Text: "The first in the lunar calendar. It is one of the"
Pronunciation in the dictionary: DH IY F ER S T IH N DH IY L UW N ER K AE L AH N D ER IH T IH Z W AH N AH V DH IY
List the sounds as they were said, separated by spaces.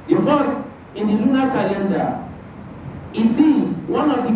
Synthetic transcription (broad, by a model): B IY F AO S IH N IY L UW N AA K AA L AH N D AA IH T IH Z W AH N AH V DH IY